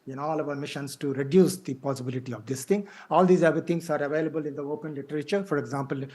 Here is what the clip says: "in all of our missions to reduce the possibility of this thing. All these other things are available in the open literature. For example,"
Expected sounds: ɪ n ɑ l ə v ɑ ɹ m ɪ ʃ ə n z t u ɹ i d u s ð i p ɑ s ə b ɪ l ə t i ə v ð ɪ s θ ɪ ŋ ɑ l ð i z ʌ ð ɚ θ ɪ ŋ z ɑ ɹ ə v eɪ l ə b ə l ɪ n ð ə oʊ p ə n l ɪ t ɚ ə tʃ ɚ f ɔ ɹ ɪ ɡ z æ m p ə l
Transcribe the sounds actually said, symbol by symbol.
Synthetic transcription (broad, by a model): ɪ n ɑ l ə v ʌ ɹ m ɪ ʃ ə n s t u ɹ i d u s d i p ɑ s ə b ɪ l ə t i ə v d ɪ s t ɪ ŋ ɑ l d i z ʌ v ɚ t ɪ ŋ s ɑ ɹ ə v eɪ l ə b ə l ɪ n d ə oʊ p ə n l ɪ t ɚ ə tʃ ɚ f ɔ ɹ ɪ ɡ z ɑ m p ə l